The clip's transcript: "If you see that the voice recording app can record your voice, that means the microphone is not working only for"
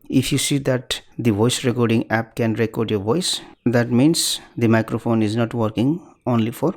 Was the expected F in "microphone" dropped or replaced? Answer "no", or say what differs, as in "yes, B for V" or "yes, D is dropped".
yes, P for F